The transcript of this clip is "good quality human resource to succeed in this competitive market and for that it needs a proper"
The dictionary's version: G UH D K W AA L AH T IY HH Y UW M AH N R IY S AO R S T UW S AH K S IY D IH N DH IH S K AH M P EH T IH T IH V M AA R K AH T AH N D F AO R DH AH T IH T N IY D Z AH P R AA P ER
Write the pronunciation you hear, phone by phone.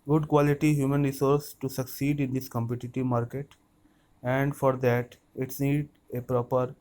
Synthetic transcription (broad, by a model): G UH D K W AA L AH T IY HH Y UW M AH N R IY S AO R S T UW S AH K S IY D IH N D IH S K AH M P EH T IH T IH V M AA R K AH T AH N D F AO R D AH T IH T N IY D AH P R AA P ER